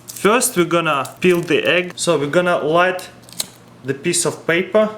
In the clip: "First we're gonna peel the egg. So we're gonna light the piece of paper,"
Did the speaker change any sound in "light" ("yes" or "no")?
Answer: no